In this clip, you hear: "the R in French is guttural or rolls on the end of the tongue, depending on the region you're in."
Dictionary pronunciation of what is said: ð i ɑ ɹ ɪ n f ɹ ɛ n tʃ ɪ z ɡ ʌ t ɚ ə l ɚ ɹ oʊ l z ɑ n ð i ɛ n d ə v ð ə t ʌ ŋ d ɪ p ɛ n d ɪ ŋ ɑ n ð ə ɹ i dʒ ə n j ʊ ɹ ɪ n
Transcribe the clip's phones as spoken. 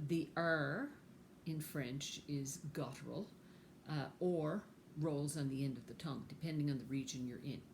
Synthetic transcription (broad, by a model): ð i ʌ ɹ ɪ n f ɹ ɛ n tʃ ɪ z ɡ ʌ t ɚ l ɚ ɹ oʊ l z n ð i ɛ n d ə v ð ə t ʌ ŋ d ɪ p ɛ n d ɪ ŋ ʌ n ð ə ɹ i dʒ ə n j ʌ ɹ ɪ n